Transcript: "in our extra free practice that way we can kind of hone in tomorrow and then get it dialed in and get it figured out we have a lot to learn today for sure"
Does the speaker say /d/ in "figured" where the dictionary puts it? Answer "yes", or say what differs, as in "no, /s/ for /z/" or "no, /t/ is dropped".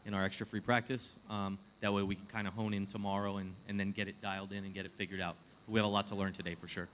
yes